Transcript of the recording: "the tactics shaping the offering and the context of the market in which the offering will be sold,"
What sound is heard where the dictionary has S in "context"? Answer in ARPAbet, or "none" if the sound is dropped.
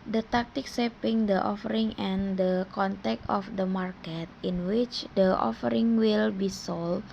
none